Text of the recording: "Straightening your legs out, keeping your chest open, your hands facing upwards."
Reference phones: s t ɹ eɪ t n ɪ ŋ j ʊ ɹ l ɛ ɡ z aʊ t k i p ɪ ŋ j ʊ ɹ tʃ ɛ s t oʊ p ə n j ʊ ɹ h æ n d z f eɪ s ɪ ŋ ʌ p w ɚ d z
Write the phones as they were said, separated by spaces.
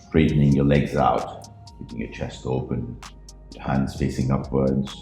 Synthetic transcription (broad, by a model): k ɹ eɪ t n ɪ ŋ j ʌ ɹ l ɛ ɡ z aʊ t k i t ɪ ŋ j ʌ ɹ tʃ ɛ s t oʊ p ə n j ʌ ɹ h æ n d z f eɪ s ɪ ŋ ʌ p w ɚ d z